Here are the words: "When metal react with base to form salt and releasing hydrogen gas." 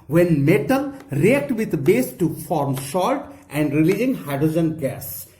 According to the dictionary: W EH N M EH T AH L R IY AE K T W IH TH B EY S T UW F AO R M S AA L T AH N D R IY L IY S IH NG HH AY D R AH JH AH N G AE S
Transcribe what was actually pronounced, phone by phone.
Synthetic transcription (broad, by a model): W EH N M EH T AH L R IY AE K T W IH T B EY S T UW F AO R M SH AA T T AH N D R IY L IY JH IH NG HH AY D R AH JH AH N G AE S